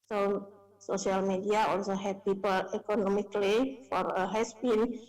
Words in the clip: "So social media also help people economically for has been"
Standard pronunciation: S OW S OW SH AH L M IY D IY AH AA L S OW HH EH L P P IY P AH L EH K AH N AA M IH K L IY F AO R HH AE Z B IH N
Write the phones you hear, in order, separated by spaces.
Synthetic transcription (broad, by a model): S OW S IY AH L M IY D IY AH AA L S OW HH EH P P IY P AH L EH K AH N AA M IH K L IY F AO R HH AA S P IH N